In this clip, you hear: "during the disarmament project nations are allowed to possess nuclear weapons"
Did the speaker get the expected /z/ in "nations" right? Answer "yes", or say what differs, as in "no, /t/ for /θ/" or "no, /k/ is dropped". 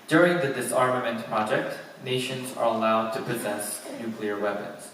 yes